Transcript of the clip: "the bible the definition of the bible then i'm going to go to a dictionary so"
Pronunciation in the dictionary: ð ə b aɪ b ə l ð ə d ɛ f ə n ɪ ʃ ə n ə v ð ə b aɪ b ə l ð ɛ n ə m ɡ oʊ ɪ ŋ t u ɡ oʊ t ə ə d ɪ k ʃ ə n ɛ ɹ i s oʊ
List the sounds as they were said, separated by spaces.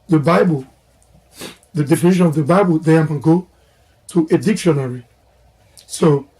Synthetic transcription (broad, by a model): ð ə b aɪ b ə l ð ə d ɛ f ə n ɪ ʃ ə n ə v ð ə b aɪ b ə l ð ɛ ə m ɡ oʊ t u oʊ t ə d ɪ k ʃ ə n ɛ ɹ i s oʊ